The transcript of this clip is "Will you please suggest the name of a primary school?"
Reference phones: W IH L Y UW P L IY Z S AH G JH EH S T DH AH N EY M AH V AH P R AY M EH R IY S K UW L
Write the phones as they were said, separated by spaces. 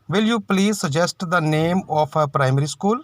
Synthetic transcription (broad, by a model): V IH L Y UW P L IY Z S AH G JH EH S T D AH N EY M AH P AH P R AY M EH R IY S K UW L